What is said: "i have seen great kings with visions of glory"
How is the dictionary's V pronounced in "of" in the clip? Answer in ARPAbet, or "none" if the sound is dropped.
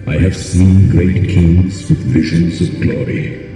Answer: V